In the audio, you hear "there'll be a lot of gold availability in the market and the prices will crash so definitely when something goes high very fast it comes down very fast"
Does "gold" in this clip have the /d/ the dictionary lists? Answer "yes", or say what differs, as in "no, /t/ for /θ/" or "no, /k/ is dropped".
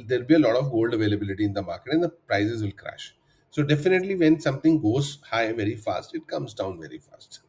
yes